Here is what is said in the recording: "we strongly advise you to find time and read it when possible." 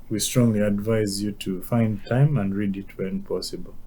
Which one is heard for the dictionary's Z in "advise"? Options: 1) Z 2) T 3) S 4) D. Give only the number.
1